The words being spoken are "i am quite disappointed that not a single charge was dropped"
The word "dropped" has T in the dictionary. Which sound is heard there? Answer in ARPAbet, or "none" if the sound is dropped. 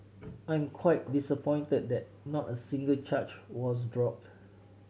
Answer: T